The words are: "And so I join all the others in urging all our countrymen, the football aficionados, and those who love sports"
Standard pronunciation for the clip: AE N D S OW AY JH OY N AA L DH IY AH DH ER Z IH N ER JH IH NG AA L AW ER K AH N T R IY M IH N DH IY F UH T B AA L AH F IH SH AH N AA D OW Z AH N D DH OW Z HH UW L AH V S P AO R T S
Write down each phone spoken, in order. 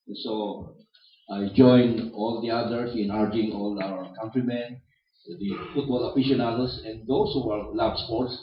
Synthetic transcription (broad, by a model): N S OW AY JH OY N AA L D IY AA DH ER S IH N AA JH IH NG AA L AW ER K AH N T R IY M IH N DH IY F UH T B AA L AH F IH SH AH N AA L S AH N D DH OW S HH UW L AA B S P AO R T S